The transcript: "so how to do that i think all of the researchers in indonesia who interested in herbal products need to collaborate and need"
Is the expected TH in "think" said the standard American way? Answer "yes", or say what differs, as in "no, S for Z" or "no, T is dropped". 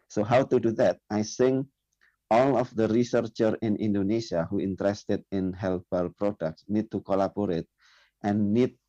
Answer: no, S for TH